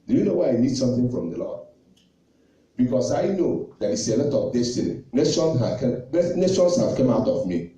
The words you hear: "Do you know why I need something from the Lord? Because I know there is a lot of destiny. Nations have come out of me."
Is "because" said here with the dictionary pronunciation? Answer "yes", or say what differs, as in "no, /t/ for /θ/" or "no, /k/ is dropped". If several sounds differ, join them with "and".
no, /s/ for /z/